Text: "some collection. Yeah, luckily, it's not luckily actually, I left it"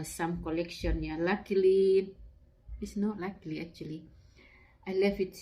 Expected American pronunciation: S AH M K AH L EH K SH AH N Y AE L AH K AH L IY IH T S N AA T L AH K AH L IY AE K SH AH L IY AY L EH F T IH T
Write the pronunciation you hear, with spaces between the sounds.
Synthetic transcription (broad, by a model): S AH M K AH L EH K SH AH N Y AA L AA K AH L IY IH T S N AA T L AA K L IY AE K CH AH L IY AY L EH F IH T